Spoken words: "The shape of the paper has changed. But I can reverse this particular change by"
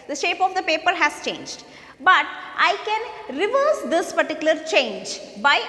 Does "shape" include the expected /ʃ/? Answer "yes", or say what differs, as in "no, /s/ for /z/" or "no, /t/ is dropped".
yes